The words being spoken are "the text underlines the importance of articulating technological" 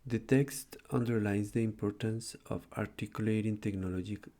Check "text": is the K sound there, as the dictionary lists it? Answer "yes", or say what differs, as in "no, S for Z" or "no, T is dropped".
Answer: yes